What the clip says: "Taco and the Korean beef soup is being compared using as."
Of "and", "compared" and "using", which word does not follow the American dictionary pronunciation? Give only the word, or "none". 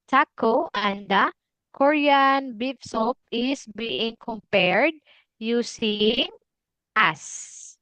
using